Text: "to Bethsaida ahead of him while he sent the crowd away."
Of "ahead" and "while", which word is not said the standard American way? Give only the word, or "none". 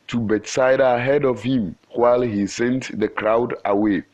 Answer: none